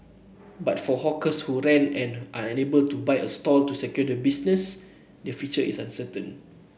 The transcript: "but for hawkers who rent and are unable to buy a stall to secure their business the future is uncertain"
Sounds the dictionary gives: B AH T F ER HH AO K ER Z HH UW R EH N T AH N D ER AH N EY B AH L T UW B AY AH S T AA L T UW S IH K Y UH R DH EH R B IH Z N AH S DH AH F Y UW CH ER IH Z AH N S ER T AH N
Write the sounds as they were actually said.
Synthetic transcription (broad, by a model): B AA T F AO HH AO K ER S HH UW R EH N AH N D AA AH N EY B AH L T UW B AY AH S T AA L T UW S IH K Y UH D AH B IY S N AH S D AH F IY CH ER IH S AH N S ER T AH N